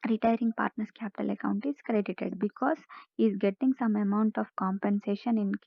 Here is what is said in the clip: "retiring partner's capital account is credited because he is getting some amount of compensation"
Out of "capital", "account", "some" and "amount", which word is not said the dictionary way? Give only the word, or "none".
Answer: none